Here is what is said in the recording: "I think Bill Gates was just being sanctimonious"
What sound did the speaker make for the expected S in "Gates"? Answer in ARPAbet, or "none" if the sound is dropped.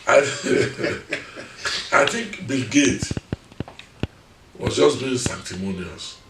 none